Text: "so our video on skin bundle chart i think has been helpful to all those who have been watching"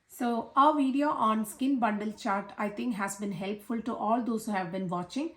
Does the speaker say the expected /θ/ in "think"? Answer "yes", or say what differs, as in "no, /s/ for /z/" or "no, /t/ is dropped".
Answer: no, /t/ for /θ/